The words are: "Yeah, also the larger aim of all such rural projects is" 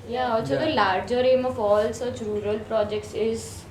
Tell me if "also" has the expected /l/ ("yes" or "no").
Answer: no